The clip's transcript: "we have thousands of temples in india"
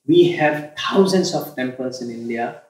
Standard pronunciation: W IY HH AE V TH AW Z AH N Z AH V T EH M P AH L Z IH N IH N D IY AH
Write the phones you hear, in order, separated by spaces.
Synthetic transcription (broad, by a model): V IY HH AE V T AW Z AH N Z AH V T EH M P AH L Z IH N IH N D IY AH